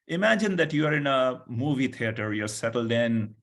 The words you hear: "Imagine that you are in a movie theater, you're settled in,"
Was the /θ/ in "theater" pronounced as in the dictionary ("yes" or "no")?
no